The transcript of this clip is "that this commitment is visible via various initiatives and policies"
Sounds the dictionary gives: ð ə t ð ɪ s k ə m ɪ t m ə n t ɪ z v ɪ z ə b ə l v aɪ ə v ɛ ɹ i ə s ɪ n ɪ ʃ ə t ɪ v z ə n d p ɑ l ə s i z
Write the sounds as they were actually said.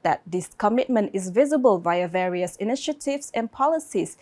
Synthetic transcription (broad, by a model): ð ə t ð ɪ s k ə m ɪ t m ə n t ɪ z v ɪ z ə b ə l v aɪ ə v ɛ ɹ i ə s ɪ n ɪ ʃ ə t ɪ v s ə n p ɑ l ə s i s